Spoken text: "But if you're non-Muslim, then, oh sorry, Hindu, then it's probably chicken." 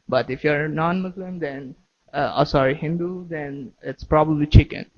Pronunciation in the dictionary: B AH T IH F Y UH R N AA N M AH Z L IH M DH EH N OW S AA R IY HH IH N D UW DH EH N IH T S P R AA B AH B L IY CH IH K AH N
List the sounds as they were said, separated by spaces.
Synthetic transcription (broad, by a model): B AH T IH F Y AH R N AA N M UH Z L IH M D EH N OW S AA R IY HH IH N D UW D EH N IH T S P R AA B AH B L IY CH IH K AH N